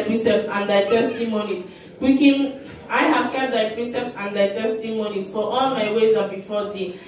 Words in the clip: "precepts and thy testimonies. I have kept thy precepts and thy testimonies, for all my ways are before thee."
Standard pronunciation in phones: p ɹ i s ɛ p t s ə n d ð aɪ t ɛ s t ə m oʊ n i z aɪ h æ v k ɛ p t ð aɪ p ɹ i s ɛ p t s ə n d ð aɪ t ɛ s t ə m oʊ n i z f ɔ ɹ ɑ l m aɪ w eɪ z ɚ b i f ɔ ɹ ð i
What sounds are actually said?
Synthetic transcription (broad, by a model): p ɹ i s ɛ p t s ə n d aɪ t ɛ s t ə m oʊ n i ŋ aɪ h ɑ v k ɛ t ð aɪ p ɹ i s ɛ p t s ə n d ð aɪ t ɛ s t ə m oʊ n i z f ɔ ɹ ɑ l m aɪ w eɪ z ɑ b i f ɔ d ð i